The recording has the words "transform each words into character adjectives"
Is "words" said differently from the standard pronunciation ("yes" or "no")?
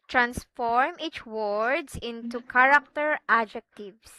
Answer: yes